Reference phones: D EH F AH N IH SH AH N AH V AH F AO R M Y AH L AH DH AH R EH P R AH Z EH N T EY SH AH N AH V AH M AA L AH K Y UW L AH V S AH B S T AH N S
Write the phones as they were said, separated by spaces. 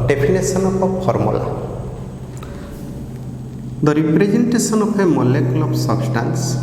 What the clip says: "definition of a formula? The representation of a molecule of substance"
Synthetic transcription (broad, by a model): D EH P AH N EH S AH N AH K AH P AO R M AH L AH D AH R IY P R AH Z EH N T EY S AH N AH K AH M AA L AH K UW L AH B S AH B S T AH N S